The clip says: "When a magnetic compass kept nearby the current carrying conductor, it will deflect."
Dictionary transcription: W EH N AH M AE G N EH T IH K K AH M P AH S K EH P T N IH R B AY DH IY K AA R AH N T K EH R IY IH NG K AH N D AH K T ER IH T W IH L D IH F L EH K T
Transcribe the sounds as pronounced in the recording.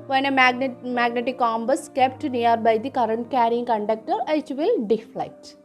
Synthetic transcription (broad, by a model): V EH N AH M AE G N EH T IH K K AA M B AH S K EH P T N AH R B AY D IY K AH R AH N T K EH R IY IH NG K AH N D AH K T ER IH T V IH L D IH F L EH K T